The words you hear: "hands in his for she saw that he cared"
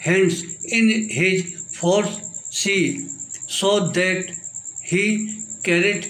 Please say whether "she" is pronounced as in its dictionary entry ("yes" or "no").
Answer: no